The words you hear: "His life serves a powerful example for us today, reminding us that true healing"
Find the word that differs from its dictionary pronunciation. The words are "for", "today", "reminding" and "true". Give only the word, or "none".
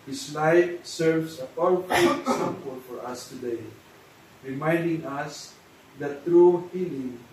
none